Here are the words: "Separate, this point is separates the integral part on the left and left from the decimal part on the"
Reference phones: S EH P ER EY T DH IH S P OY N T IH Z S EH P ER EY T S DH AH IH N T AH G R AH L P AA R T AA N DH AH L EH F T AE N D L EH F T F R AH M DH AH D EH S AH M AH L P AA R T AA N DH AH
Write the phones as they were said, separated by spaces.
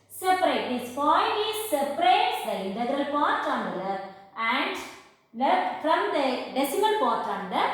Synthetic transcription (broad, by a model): S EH P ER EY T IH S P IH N IH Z S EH P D EY T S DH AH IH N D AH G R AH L P AA R T AA N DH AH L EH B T AE N D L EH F F R AH M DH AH D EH S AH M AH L P AA R T AA N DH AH